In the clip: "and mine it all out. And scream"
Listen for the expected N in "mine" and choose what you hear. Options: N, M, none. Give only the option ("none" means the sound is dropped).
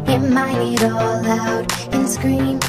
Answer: none